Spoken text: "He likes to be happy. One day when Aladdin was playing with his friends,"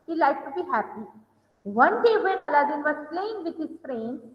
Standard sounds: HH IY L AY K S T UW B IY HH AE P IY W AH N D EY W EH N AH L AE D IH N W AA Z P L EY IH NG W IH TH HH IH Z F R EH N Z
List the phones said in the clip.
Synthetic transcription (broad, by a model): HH IY L AY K T UW B IY HH AE P IY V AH N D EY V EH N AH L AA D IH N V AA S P L EY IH NG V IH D HH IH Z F R EH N